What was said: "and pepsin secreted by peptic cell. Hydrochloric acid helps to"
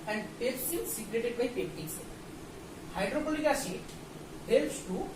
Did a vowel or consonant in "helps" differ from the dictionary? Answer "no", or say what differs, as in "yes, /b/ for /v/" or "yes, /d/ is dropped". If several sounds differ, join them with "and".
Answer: no